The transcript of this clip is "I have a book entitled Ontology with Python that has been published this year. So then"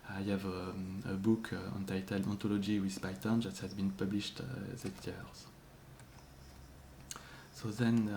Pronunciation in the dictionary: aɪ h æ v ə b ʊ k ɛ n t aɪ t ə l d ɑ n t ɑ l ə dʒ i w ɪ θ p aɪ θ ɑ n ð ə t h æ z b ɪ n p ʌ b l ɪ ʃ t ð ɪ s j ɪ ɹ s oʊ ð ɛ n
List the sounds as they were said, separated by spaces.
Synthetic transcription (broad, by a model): aɪ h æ v ə b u k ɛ n t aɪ t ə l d ɑ n t ɑ l ə dʒ i w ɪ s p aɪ t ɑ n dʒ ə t h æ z b ɪ n p ʌ b l ɪ ʃ t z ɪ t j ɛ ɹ s oʊ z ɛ n